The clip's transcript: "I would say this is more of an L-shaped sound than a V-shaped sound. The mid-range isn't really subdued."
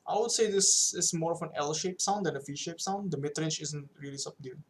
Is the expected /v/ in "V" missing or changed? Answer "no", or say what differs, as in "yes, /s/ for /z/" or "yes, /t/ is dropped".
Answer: yes, /f/ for /v/